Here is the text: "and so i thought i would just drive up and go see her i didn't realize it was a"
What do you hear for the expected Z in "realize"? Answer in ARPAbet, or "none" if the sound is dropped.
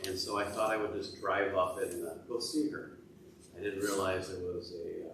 Z